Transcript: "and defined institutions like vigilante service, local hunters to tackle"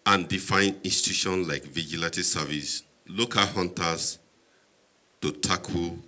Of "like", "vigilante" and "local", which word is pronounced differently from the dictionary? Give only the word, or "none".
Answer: vigilante